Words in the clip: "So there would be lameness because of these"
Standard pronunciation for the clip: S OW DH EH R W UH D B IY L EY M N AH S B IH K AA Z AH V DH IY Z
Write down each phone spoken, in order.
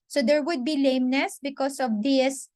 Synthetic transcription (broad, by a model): S OW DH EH R W UH D B IY L EY M N AH S B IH K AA S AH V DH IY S